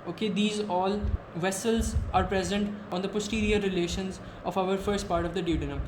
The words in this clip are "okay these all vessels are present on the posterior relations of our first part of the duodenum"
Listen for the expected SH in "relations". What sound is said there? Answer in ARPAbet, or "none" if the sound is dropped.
SH